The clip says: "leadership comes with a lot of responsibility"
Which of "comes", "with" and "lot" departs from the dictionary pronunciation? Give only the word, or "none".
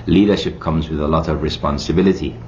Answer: none